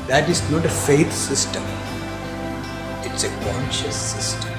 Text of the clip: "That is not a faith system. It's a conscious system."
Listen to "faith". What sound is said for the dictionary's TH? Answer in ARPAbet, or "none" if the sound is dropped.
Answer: T